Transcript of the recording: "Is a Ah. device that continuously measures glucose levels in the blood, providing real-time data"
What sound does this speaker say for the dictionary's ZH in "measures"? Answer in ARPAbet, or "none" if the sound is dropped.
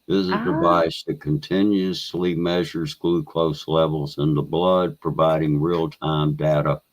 ZH